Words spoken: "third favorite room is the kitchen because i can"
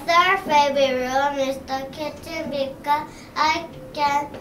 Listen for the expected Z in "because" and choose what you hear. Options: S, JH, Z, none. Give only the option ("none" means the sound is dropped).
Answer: none